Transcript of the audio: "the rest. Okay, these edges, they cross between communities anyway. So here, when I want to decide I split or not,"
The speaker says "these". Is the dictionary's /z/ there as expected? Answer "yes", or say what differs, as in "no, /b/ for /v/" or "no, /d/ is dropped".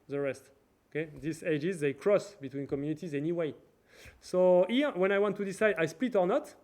no, /s/ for /z/